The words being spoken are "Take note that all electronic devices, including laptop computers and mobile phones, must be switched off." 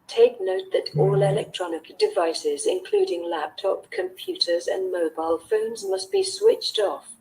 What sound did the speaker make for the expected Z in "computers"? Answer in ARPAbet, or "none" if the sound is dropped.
Z